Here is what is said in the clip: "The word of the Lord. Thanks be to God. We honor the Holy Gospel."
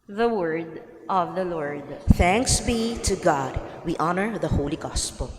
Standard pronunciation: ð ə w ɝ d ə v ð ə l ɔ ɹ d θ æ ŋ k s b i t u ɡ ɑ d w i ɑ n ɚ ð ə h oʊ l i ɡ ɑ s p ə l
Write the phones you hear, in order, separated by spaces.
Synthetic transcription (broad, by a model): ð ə w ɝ d ə v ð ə l ɔ ɹ d θ æ ŋ k s b i t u ɡ ɑ d w i ɑ n ɚ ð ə h oʊ l i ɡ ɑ s p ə l